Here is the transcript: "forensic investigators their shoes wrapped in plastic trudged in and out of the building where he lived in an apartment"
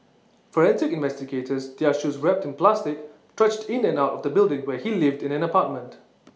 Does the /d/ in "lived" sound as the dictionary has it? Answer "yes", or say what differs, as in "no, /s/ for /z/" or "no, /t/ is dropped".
yes